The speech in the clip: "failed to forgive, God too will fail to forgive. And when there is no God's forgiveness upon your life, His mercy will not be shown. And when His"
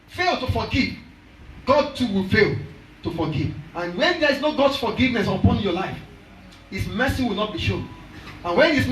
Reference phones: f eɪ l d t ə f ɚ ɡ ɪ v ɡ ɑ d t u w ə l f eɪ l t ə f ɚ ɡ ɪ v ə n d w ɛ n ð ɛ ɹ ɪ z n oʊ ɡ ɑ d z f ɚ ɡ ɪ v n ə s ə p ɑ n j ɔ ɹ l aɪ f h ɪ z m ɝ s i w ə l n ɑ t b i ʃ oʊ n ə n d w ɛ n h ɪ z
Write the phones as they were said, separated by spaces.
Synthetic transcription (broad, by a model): f eɪ l t ə f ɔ ɡ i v ɡ ɑ d t u w ə l f eɪ l t ə f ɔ ɡ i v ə n w ɛ n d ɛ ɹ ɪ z n oʊ ɡ ɑ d s f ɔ ɡ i v n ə s ə p ɑ n j ɔ l aɪ f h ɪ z m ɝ s i w ə l n ɑ t b i ʃ oʊ n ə n w ɛ n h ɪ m